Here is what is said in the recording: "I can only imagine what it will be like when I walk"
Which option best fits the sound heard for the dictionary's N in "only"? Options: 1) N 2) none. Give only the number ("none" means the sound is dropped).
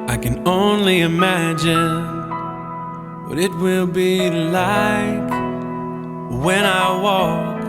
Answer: 1